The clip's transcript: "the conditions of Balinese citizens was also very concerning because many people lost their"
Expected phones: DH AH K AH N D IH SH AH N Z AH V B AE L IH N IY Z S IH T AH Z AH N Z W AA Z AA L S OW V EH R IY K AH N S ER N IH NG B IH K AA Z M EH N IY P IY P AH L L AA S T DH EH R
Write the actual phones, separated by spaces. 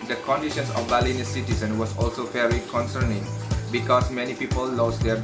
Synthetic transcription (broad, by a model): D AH K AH N D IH SH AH N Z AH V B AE L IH N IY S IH T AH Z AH N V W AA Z AA L S OW F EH R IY K AH N S ER N IH NG B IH K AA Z M EH N IY P IY P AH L L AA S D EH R